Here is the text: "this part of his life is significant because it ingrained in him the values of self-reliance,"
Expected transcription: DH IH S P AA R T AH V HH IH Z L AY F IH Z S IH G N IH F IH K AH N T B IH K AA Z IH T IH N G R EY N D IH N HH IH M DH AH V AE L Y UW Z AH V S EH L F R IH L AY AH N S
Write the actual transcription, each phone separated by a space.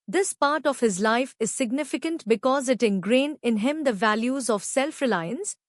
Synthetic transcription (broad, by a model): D IH S P AA R T AH V HH IH Z L AY F IH Z S IH G N IH F IH K AH N T B IH K AA Z IH T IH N G R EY N IH N HH IH M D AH V AE L Y UW Z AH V S EH L F R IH L AY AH N S